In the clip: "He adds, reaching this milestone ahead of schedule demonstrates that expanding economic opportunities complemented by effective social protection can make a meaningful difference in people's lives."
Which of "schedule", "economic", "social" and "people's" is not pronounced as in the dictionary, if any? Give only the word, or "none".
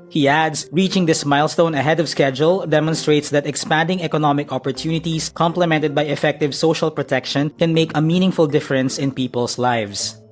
people's